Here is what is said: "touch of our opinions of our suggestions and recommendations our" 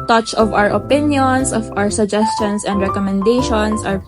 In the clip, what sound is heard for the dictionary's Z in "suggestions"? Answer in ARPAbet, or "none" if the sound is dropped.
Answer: S